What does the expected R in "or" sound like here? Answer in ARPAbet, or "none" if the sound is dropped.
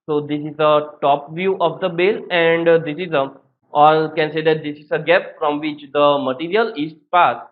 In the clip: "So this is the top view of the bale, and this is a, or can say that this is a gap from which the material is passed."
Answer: L